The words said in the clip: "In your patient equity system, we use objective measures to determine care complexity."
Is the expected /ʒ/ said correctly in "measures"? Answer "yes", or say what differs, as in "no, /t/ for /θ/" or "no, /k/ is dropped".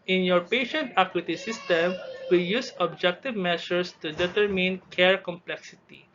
no, /s/ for /ʒ/